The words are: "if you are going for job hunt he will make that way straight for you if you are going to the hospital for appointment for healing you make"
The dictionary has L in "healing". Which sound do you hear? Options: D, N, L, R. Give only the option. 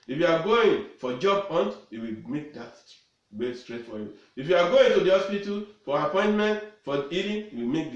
N